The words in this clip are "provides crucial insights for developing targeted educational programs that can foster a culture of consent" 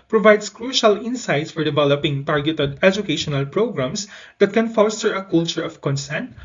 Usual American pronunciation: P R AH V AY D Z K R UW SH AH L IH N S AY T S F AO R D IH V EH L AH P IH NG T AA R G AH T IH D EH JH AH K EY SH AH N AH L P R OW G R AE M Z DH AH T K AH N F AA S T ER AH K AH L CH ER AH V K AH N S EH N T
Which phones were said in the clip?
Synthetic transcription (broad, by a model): P R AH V AY D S K R UW SH AH L IH N S AY T S F AO R D IH V EH L AH P IH NG T AA R G AH T IH D EH JH AH K EY SH AH N AH L P R OW G R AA M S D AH T K AH N F AA S T ER AH K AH L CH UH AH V K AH N S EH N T